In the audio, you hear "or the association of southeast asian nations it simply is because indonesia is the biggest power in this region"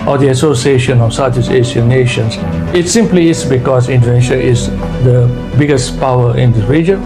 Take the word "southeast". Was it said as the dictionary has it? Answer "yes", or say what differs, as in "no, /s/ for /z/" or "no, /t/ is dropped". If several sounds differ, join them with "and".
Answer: no, /t/ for /θ/ and /t/ is dropped